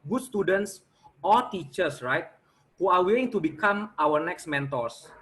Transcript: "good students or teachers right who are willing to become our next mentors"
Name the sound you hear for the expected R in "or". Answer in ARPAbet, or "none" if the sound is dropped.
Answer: L